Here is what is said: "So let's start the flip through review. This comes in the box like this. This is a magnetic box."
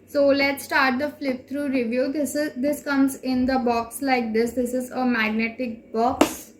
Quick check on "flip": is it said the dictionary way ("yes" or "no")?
yes